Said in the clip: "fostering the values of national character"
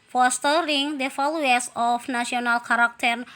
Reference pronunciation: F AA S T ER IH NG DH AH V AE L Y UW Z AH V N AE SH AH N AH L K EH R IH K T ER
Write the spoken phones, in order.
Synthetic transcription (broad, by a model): F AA S T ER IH NG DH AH F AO L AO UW S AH F N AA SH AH N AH L K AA R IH K T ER